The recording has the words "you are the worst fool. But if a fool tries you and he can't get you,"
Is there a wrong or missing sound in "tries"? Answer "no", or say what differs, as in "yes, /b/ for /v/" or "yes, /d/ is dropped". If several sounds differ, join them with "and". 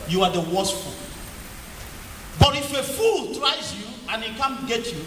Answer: no